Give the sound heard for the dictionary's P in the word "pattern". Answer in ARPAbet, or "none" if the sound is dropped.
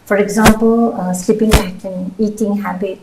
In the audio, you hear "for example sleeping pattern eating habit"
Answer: B